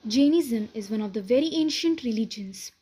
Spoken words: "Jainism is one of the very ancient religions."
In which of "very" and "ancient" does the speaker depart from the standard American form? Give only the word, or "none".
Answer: none